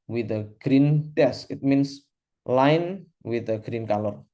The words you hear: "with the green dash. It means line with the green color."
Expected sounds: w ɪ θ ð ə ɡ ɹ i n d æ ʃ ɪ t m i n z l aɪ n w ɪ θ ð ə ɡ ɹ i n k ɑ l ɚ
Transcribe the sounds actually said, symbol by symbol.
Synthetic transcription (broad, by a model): w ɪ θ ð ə ɡ ɹ i n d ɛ s ɪ t m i n s l aɪ n w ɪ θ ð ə ɡ ɹ i n k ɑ l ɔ